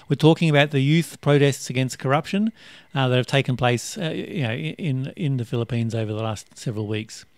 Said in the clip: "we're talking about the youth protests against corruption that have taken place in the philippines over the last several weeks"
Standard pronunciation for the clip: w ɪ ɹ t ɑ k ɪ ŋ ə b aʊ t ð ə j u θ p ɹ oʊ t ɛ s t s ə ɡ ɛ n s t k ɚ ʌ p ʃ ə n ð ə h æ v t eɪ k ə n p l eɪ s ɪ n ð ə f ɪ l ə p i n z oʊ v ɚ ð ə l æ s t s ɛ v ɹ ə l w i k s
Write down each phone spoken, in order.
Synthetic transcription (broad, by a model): w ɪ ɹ t ɑ k ɪ ŋ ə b aʊ t ð ə j u θ p ɹ oʊ t ɛ s t s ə ɡ ɛ n s k ɚ ʌ p ʃ ə n ð ə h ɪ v t eɪ k ə n p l eɪ s ɪ n ð ə f ɪ l ə p i n z oʊ v ɚ ð ə l æ s t s ɛ v ɹ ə l w i k s